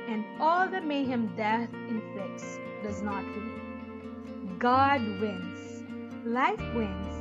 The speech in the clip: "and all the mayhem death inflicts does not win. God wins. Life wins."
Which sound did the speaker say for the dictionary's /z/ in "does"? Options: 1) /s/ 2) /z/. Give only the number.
2